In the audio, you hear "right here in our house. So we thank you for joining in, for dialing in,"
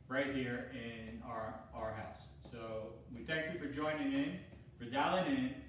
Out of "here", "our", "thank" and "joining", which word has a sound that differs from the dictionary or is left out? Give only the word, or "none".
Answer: none